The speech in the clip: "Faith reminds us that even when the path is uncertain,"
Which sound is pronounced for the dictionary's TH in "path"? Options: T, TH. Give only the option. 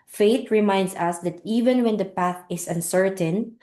TH